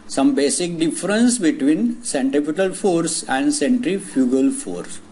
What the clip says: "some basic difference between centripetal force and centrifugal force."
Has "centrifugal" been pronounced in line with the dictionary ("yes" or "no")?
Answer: yes